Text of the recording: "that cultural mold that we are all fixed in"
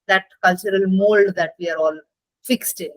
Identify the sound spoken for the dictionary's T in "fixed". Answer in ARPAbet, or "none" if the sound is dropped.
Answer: T